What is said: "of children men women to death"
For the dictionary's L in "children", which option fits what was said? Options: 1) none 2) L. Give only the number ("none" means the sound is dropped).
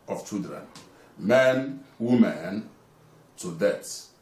1